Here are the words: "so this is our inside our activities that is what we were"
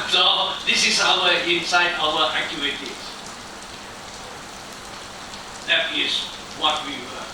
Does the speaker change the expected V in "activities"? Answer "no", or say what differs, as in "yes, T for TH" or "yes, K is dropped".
yes, V is dropped